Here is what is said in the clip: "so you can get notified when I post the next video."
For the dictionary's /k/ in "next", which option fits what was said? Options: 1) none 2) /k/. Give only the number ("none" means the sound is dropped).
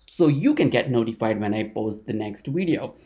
2